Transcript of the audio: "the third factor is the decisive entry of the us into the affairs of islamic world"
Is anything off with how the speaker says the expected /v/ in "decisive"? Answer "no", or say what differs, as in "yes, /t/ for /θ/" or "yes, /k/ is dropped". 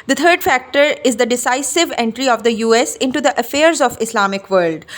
no